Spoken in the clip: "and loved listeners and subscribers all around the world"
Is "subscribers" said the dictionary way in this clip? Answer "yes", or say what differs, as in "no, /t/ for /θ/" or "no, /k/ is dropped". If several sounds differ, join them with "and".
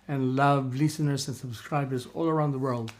yes